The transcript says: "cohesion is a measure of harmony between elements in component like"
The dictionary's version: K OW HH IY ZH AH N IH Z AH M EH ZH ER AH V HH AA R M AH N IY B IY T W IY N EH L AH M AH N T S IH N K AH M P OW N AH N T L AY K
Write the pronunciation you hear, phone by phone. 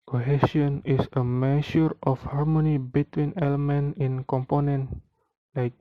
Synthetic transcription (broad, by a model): K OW HH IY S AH N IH S AH M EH SH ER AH F HH AA R M AH N IY B IY T W IY N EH L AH M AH N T IH N K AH M P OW N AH N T L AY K